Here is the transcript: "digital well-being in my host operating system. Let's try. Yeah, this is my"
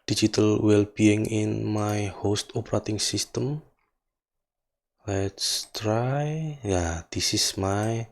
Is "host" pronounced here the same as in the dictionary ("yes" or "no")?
yes